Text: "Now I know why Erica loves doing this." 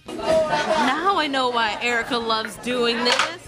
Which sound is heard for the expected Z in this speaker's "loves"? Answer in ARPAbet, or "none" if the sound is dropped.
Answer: Z